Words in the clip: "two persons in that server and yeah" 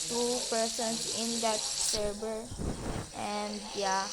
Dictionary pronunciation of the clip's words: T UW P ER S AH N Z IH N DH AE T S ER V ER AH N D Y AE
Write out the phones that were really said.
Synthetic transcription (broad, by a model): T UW P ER S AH N S IH N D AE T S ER B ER AH N D Y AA